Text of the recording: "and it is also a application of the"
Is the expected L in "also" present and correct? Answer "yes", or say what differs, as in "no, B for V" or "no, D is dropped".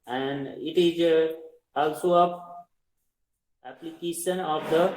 yes